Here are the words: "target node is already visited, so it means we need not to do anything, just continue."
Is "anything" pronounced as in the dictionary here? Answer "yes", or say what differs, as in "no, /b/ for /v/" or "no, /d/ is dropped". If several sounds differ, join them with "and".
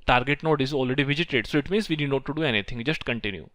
no, /t/ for /θ/